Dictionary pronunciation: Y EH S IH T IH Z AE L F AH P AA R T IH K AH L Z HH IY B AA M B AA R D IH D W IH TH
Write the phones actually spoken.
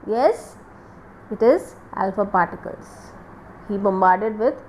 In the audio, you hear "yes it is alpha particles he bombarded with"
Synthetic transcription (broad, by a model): Y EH S IH T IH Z AE L F AH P AA R T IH K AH L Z HH IY B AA M B AA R D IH D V IH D